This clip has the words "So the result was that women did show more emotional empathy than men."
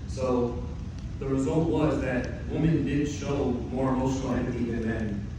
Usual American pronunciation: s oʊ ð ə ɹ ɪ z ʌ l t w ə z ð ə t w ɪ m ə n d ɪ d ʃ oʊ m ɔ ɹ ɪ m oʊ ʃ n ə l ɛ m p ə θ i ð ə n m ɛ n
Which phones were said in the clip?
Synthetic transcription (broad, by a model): s oʊ ð ə ɹ ɪ z ʌ l t w ə z ð ə t w ɪ m ə n d ɪ d ʃ oʊ m ɔ ɹ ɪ m oʊ ʃ n l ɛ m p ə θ i ð ə n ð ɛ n